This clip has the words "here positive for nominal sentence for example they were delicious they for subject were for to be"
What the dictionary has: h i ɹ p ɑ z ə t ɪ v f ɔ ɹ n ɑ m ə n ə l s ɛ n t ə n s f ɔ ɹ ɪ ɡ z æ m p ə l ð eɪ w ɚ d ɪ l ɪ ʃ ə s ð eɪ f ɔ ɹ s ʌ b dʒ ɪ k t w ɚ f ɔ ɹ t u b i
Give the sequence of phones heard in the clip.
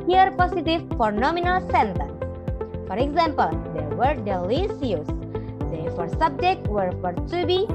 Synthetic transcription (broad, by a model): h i ɹ p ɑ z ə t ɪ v f ɔ ɹ n ɑ m ə n ə l s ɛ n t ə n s f ɔ ɹ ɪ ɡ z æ m p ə l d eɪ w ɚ d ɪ l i s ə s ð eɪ f ɔ ɹ s ʌ b dʒ ɪ k t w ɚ f ɔ ɹ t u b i